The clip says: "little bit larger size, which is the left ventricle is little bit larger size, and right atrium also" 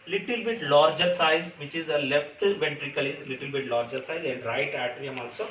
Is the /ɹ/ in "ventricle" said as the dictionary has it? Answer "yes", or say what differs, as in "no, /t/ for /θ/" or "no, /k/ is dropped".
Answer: yes